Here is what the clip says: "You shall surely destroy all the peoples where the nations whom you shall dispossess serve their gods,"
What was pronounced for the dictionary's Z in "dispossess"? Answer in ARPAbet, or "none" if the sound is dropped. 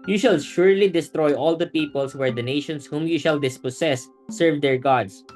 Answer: S